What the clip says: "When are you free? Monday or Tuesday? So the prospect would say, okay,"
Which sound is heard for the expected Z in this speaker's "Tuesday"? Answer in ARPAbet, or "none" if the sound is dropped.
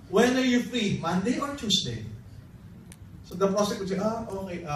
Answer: S